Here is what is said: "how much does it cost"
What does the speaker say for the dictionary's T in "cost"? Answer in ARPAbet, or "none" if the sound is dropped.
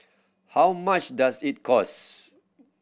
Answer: none